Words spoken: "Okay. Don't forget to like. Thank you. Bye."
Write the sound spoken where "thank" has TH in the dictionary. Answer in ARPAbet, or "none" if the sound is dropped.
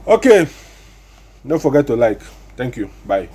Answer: T